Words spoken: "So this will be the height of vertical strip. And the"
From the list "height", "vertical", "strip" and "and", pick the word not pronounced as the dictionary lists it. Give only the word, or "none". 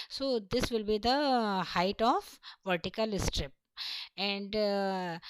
none